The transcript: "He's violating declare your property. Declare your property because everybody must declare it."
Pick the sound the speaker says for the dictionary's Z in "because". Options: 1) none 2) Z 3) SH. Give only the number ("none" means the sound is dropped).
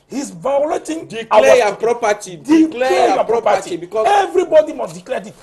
1